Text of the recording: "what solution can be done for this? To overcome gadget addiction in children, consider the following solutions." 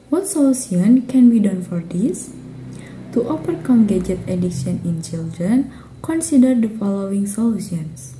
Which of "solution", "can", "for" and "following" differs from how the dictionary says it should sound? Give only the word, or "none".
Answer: solution